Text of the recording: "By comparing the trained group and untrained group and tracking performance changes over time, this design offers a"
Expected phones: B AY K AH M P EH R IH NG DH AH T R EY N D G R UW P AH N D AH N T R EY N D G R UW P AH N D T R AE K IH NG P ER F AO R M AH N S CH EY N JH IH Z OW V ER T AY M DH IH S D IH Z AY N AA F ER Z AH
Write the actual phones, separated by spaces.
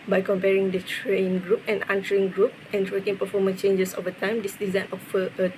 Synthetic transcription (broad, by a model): B AY K AH M P EH R IH NG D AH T R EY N G R UW P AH N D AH N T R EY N G R UW P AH N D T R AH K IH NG P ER F AO M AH N S CH EY N JH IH S OW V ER T AY M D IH S D IH Z AY N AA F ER AH